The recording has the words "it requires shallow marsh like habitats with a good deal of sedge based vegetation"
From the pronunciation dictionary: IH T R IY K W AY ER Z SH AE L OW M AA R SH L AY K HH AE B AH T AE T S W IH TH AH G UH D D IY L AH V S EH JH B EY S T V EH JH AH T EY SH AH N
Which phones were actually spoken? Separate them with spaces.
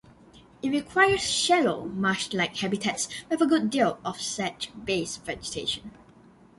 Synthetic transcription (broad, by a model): IH T R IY K W AY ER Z SH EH L OW M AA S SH L AY K HH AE B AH T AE T S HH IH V AH G UH D D IY L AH F S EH CH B EY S V EH JH AH T EY SH AH N